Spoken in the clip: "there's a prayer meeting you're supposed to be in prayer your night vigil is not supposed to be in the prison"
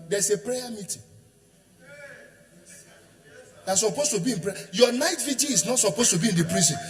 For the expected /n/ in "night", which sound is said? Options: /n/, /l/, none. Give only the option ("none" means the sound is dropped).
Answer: /n/